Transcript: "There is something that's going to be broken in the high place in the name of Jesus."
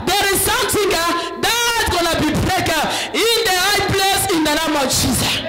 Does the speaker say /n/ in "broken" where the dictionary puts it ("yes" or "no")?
no